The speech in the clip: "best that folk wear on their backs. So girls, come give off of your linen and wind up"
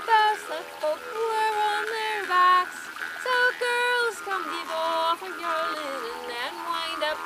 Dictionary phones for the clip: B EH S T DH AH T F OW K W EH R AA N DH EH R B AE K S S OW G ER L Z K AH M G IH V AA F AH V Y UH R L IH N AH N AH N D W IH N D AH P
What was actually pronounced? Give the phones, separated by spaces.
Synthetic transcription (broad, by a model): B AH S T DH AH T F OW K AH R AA N DH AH R B AE K S S OW G ER L Z K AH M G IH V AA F AH V Y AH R L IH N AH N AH N W IH N D AH P